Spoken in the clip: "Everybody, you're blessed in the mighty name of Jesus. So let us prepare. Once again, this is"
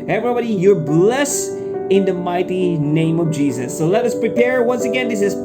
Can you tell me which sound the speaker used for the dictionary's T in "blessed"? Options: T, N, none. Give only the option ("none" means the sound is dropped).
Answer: none